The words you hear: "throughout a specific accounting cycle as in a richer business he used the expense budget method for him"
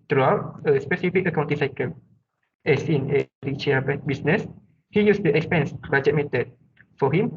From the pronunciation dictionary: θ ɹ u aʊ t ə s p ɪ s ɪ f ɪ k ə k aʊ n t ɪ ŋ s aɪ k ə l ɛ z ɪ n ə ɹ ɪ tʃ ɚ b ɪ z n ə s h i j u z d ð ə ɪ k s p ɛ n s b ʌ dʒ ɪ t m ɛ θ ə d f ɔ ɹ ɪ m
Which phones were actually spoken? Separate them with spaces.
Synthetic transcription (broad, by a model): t ɹ u aʊ t ə s p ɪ s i f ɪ k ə k aʊ n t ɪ s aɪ k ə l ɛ s ɪ n ə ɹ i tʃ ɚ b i s n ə s h i j u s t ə ɪ k s p ɛ n s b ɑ dʒ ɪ t m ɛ t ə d f ɔ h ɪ m